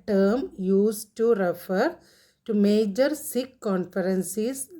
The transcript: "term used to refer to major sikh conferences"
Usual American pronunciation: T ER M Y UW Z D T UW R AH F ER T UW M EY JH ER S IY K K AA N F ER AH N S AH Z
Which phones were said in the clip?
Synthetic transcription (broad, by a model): T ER M Y UW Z T UW R AH F ER T UW M EY JH ER S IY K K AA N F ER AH N S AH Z